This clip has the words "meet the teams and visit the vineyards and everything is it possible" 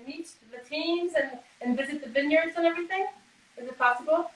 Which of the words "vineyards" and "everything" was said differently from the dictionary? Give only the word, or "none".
none